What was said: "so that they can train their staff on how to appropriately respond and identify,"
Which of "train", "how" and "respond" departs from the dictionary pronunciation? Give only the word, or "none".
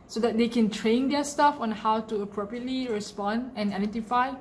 none